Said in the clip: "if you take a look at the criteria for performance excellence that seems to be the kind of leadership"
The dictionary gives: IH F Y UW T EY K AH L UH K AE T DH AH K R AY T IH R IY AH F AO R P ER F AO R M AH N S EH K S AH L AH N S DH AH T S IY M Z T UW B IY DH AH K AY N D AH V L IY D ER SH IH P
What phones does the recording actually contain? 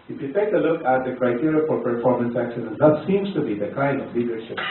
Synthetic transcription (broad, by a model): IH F Y UW T EY K AH L UH K AE T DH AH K R AY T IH R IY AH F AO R P ER F AO R M AH N S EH K SH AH N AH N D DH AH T S IY M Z T UW B IY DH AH K AY N D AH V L IY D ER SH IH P